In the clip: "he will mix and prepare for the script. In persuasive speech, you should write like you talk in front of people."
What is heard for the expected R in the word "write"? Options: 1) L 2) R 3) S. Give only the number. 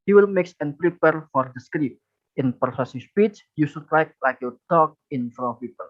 1